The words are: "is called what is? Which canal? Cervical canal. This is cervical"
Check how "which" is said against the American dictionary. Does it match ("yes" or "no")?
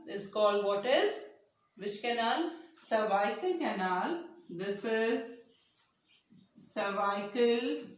no